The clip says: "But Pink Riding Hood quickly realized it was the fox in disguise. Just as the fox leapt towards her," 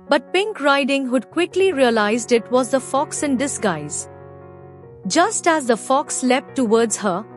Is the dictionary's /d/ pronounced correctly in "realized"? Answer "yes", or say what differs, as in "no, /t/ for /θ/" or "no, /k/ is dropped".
yes